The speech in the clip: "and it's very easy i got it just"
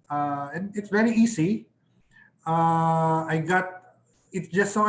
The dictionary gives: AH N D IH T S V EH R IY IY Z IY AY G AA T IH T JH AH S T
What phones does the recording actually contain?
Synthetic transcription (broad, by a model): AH N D IH T S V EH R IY IY S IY AY G AA T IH T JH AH S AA